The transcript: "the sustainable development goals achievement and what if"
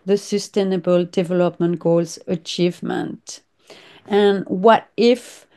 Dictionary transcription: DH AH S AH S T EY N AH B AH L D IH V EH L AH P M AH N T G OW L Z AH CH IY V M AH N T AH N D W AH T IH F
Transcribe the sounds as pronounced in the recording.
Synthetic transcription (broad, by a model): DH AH S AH S T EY N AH B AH L D IH V EH L AH P M AH N T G OW L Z AH CH IY V M AH N T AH N W AH T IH F